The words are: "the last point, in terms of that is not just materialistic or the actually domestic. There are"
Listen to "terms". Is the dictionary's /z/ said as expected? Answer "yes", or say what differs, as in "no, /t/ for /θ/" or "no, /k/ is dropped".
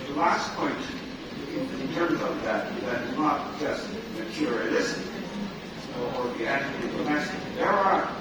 yes